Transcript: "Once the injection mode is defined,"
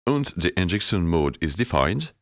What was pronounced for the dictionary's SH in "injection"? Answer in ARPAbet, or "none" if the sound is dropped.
S